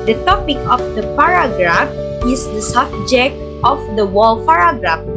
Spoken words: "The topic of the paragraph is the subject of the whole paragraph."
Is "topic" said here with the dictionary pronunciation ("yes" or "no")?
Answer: yes